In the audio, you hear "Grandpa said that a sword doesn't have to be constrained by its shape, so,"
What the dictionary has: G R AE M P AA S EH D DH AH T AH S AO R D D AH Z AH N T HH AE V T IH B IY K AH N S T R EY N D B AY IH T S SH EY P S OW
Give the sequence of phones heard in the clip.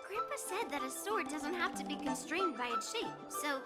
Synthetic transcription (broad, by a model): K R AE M P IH S EH D DH AH T AH S AO R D D AH Z AH N T HH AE F T IH B IY K AH N S T R EY N D B AY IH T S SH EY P S OW